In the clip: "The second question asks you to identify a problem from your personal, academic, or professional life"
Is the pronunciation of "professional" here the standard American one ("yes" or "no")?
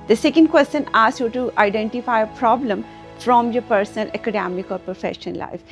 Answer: no